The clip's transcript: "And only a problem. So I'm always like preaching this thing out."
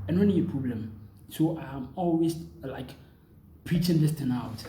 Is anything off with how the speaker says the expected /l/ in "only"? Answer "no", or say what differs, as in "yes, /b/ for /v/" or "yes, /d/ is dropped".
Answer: yes, /l/ is dropped